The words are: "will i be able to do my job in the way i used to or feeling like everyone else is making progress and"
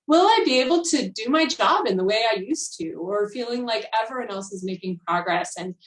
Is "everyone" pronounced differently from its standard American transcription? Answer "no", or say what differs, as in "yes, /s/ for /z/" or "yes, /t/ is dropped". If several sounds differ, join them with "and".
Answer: yes, /ɹ/ is dropped